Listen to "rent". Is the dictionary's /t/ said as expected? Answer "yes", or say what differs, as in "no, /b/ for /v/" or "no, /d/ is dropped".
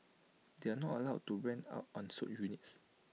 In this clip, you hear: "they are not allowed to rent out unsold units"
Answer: no, /t/ is dropped